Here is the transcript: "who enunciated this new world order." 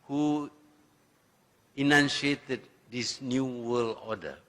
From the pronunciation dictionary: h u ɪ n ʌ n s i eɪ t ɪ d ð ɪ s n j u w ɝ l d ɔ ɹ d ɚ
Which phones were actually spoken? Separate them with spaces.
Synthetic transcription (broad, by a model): h u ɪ n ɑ n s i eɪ t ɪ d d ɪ s n j u w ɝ l ɔ d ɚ